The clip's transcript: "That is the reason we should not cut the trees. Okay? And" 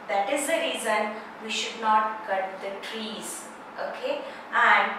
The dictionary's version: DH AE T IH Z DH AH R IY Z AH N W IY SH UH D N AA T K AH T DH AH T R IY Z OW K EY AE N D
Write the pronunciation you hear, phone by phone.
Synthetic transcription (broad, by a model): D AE T IH Z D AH R IY Z AH N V IY SH UH D N AA T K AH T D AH T R IY Z OW K EY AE N D